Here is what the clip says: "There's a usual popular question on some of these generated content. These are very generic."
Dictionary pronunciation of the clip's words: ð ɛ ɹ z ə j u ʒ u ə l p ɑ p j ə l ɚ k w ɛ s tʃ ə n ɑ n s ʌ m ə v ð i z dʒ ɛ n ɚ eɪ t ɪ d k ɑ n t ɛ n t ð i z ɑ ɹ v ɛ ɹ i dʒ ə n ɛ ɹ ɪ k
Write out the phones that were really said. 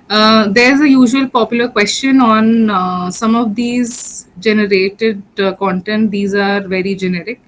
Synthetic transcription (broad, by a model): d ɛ ɹ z ə j u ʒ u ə l p ɑ p j ə l ɚ k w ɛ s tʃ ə n ɑ n s ʌ m ə v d i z dʒ ɛ n ɚ eɪ t ɪ d k ɑ n t ɛ n t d i z ɑ ɹ v ɛ ɹ i dʒ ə n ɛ ɹ ɪ k